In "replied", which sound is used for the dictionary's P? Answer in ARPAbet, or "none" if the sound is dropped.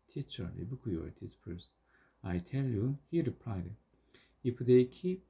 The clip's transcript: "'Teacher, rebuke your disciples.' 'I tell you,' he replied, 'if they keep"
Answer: P